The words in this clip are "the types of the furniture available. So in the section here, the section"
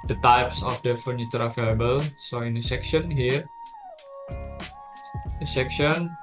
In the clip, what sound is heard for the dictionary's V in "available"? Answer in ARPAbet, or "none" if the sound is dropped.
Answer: F